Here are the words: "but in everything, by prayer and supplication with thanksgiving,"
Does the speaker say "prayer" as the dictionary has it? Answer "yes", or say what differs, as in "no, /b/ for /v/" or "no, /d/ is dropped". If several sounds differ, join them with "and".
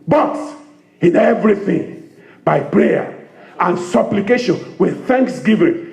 yes